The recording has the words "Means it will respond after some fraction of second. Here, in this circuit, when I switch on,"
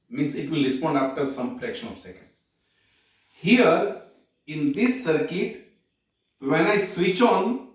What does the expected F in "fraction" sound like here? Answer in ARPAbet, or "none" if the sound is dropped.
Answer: P